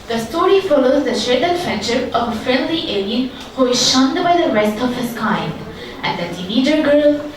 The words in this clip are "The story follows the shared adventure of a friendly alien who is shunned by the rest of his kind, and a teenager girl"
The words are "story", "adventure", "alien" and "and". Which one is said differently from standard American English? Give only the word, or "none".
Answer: adventure